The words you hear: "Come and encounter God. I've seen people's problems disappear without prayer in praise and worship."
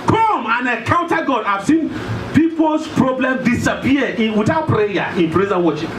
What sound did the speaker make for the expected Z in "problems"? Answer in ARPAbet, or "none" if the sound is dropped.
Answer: none